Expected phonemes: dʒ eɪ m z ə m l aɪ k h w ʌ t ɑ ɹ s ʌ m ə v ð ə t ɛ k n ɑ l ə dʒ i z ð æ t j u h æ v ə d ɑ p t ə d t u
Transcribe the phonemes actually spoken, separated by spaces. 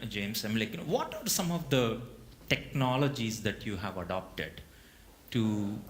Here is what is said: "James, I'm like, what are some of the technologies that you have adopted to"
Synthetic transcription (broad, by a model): dʒ eɪ m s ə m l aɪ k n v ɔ t ɑ ɹ s ʌ m ə v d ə t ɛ k n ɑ l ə dʒ i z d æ t j u h æ v ə d ɑ p t ə d t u